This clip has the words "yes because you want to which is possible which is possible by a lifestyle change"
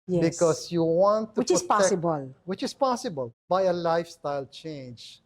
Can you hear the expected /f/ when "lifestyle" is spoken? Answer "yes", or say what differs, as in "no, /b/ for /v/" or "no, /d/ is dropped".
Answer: yes